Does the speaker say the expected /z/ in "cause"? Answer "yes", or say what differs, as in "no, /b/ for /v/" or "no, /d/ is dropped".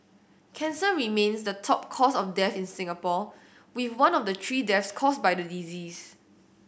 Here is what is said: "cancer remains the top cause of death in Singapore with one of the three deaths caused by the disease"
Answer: no, /s/ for /z/